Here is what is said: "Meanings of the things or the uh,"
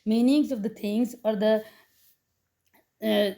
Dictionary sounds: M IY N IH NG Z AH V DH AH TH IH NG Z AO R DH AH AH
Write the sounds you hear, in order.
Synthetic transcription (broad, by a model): M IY N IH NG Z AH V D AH T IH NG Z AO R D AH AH